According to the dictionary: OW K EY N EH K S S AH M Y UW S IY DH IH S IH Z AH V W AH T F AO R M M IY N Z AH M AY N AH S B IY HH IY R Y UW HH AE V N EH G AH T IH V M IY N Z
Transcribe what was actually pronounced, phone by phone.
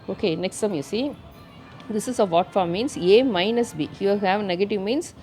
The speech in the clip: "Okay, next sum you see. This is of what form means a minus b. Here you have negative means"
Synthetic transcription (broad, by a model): OW K EY N EH K S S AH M Y UW S IY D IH S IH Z AH V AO T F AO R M M IY N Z AH M AY N AH S B IY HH Y UW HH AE V N EH G AH T IH V M IY N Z